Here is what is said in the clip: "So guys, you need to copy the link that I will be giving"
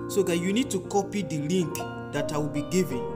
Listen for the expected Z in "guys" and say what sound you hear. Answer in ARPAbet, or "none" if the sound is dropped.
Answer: none